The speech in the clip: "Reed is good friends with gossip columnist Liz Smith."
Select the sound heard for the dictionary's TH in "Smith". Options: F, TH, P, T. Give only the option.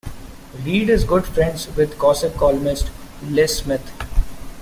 T